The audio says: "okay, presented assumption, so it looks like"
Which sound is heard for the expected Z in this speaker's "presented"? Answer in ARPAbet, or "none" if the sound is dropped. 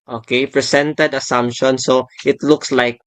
S